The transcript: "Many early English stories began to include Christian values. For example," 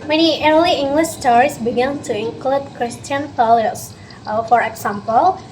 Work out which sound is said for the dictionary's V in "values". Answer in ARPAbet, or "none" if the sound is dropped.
F